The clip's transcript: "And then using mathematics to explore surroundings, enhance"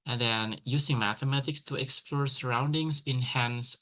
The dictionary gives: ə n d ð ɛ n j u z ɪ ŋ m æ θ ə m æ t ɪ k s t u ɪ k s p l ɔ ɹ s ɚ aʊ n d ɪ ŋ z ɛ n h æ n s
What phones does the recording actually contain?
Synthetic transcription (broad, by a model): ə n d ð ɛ n j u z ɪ ŋ m æ θ ə m æ t ɪ k s t u ɪ k s p l ɔ ɹ s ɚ aʊ n d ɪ ŋ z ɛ n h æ n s